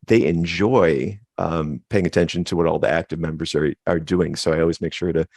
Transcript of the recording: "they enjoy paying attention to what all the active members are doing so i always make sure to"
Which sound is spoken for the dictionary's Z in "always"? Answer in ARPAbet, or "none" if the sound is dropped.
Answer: Z